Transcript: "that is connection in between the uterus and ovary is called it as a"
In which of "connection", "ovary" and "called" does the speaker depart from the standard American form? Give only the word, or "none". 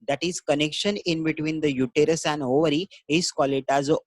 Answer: called